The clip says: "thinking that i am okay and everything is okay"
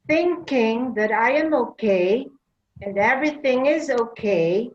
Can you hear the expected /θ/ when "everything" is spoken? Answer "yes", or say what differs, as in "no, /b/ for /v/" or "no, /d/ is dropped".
yes